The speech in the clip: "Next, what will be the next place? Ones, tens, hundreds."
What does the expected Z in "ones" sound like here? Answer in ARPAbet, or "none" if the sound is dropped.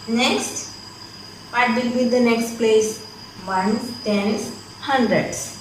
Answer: none